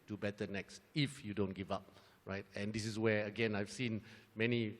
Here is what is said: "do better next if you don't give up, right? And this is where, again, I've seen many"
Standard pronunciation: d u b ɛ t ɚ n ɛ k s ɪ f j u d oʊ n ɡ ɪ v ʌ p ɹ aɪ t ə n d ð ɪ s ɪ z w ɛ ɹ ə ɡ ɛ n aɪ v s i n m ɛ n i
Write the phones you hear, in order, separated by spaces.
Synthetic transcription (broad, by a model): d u b ɛ t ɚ n ɛ k s ɪ f j u d oʊ n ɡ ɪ v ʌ p ɹ aɪ t ə n d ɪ s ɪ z w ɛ ə ɡ ɛ n aɪ v s i n m ɛ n i